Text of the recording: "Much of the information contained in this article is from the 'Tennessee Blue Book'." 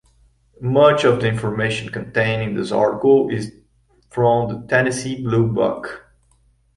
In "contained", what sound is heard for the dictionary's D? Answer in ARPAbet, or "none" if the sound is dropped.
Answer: none